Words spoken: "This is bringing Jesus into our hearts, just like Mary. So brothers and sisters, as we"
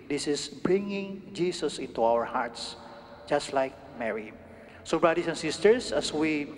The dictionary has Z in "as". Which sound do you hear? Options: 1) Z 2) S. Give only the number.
2